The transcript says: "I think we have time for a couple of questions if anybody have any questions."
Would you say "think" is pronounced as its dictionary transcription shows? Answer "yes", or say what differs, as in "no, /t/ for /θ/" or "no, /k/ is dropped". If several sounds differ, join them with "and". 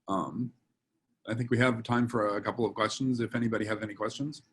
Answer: yes